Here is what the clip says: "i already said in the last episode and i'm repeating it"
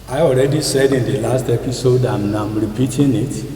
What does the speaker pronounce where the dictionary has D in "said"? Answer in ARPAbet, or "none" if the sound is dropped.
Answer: D